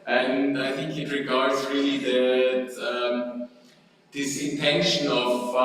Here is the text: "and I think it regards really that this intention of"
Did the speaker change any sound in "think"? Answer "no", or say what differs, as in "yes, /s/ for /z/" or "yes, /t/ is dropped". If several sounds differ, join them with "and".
no